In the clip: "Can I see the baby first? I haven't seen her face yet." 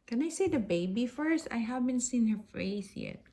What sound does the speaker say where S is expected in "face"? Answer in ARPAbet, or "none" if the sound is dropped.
TH